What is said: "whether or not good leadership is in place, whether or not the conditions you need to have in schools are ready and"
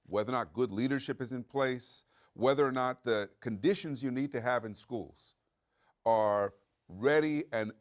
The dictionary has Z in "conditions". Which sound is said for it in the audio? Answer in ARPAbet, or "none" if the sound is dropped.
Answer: Z